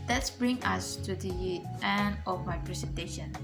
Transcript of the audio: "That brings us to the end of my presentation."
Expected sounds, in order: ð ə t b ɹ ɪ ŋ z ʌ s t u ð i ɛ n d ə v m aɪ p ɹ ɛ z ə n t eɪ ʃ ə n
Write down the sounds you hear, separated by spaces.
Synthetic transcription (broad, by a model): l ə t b ɹ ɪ ŋ ʌ s t u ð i ɛ n d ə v m aɪ p ɹ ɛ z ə n t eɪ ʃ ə n